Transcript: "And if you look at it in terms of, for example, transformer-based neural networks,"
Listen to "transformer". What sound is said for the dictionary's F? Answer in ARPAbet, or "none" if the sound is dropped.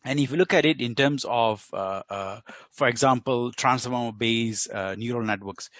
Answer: none